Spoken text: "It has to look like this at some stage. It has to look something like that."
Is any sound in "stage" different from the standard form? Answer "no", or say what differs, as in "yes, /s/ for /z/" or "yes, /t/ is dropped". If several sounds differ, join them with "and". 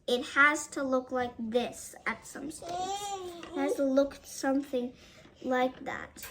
yes, /dʒ/ is dropped